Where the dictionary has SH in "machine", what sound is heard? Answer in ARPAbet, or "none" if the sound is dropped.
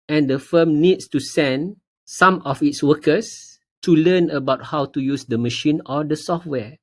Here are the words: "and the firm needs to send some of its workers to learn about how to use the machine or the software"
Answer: SH